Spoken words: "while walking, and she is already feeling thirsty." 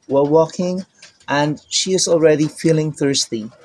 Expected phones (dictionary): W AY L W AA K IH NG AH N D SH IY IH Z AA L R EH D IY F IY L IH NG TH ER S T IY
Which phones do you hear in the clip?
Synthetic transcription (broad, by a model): W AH W AA K IH NG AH N SH IY IH Z AA L R EH D IY F IY L IH NG TH ER S T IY